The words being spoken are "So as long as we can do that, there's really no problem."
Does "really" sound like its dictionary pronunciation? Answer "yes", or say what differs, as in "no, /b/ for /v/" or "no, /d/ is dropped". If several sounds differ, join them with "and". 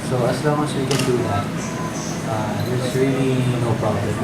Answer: yes